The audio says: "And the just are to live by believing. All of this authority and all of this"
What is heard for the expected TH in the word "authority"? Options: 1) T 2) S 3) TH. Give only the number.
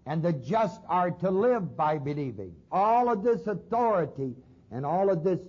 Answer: 3